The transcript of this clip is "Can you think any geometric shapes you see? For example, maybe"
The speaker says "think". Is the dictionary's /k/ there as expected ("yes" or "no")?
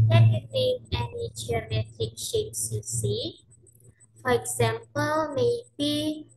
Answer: no